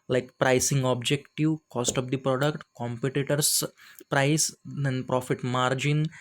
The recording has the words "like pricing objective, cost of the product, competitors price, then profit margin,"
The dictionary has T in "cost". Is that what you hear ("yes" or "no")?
yes